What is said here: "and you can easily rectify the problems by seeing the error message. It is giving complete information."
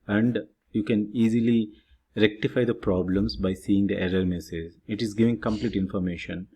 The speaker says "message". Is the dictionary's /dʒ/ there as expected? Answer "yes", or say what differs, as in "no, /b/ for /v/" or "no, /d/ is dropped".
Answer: no, /z/ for /dʒ/